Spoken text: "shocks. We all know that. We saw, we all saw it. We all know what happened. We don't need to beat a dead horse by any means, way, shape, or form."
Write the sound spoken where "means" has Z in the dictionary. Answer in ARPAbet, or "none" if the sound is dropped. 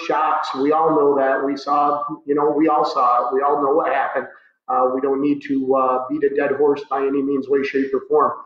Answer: Z